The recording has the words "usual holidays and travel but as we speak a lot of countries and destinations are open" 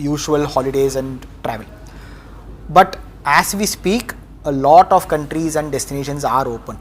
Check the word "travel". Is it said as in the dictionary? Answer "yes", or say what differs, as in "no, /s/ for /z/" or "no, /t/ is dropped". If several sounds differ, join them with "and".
yes